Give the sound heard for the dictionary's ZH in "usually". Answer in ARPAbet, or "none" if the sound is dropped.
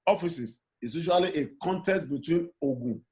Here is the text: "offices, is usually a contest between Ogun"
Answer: SH